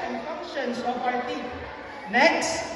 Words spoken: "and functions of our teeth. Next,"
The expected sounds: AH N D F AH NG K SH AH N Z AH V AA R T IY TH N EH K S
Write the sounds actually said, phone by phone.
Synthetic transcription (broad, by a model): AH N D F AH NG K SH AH N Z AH P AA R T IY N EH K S